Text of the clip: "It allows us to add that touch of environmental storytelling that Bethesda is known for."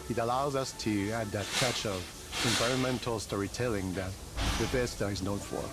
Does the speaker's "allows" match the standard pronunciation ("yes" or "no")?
yes